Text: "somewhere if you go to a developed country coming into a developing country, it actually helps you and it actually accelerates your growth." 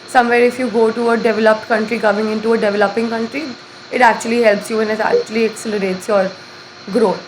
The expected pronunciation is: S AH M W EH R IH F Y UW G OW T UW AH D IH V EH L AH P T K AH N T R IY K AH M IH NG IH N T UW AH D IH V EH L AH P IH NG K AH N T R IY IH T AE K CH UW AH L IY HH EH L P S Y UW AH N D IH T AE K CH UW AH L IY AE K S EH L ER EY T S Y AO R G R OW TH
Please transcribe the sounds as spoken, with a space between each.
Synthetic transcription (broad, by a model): S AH M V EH R IH F Y UW G OW T UW AH D IH V EH L AH P T K AH N T R IY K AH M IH NG IH N T UW AH D IH V EH L AH P IH NG K AH N T R IY IH T AE K CH UW AH L IY HH EH L P S Y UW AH N IH T AE K CH UW AH L IY AE K S EH L ER EY T S Y AO R G R OW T